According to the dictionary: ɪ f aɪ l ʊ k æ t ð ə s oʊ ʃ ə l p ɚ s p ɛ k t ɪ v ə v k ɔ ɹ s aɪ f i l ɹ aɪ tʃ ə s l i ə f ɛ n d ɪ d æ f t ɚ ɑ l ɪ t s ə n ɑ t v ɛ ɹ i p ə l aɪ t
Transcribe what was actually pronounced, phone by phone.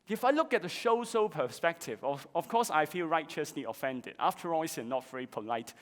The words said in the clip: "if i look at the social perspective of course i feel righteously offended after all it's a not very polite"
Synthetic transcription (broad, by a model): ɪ f aɪ l ʊ k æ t ð ə ʃ oʊ s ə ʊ p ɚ s p ɛ k t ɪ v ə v k ɔ s aɪ f i l ɹ aɪ tʃ ə s l i ə f ɛ n d ɪ d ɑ f t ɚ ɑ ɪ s ə n ɑ t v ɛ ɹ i p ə l aɪ t